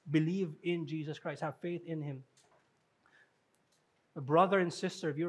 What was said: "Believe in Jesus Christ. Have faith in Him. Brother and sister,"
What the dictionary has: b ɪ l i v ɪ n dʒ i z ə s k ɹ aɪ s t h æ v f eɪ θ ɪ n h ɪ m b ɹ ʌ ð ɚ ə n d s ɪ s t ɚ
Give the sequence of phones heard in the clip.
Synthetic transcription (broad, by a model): b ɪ l i v ɪ n dʒ i z ə s k ɹ aɪ s t h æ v f eɪ θ ɪ n h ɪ m b ɹ ʌ ð ɚ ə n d s ɪ s t ɚ